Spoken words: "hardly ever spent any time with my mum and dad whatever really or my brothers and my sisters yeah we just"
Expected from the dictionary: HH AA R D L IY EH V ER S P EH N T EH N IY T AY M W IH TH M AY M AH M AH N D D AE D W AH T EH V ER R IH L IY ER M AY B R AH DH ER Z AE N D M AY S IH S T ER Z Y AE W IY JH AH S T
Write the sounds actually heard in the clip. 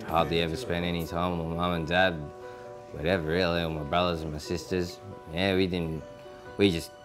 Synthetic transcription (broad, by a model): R AA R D L IY EH V ER S P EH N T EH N IY T AY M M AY M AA M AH N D D AE D W AH T EH V ER R IH L IY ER M AY B R AH DH ER Z N M AY S IH S T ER Z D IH W IY JH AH S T